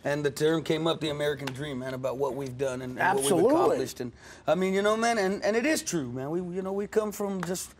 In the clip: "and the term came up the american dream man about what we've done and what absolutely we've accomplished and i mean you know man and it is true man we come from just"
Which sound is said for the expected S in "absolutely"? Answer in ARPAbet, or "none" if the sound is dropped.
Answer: none